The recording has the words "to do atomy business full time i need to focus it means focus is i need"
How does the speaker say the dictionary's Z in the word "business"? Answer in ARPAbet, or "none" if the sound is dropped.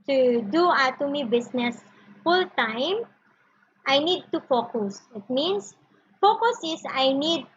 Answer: S